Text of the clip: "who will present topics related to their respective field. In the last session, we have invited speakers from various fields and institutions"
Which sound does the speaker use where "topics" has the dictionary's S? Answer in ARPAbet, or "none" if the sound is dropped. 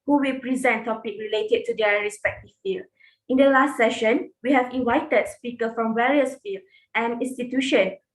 none